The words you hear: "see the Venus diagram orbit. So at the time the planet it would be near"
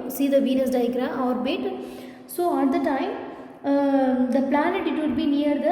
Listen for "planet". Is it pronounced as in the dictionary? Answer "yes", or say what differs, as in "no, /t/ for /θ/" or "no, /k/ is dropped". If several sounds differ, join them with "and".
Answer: yes